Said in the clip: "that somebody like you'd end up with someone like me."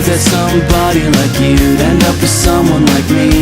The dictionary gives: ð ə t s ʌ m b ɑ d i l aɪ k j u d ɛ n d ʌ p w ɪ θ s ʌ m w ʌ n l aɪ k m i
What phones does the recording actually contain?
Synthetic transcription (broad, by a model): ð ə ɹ s ʌ m b ɑ d i l aɪ k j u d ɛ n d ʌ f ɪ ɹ s ʌ m w ʌ n l aɪ k m i